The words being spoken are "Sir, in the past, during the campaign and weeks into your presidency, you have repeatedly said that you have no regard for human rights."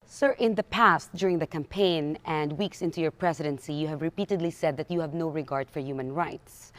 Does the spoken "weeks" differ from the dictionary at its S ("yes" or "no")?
no